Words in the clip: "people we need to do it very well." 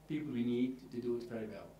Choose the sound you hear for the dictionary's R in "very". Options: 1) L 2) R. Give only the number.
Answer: 2